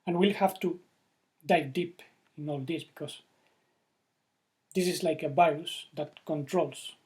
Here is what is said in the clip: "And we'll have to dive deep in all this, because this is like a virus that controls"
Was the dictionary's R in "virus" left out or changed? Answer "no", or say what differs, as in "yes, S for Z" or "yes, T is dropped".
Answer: yes, R is dropped